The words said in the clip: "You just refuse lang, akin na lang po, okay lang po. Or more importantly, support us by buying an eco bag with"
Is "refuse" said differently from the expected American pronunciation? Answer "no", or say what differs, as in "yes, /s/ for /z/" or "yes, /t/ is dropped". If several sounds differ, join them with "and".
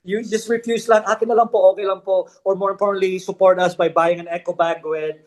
yes, /s/ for /z/